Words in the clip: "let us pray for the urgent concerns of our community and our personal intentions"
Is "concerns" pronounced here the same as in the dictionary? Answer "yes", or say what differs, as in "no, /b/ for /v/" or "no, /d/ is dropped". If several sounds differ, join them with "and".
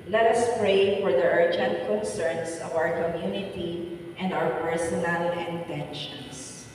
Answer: no, /s/ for /z/